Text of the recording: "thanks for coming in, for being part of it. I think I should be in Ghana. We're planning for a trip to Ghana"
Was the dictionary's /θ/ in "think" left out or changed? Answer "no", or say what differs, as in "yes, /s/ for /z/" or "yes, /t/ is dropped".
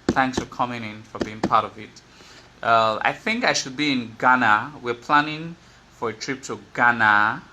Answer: no